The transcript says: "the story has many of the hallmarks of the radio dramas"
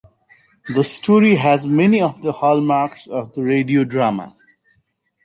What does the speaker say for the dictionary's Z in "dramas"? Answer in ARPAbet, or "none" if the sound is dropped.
none